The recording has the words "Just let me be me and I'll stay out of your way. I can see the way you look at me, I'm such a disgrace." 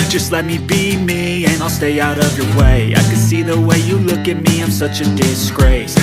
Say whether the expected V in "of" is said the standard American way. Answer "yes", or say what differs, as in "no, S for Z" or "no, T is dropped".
yes